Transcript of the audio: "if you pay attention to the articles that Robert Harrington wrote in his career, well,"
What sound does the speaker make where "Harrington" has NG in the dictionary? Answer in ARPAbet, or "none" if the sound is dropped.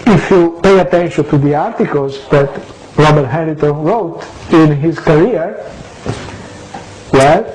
none